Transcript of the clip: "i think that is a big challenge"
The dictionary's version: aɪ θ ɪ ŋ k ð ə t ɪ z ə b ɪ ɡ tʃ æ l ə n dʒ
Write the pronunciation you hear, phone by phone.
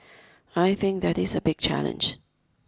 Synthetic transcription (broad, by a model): aɪ θ ɪ ŋ k ð ə t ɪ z ə b ɪ ɡ tʃ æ l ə n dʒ